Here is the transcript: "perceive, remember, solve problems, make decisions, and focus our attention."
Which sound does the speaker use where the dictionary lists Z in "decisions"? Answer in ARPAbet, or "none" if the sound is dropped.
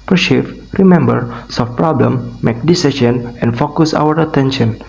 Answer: none